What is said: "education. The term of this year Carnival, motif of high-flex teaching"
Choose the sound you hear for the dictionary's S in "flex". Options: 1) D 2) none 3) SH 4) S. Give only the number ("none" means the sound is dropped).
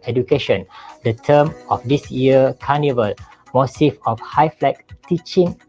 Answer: 2